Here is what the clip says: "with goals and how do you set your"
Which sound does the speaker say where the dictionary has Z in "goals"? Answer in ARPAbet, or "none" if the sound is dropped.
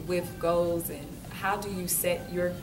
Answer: Z